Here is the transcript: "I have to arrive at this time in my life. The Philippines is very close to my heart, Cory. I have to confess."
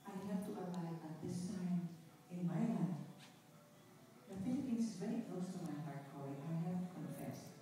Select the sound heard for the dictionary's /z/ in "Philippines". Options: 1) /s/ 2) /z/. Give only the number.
1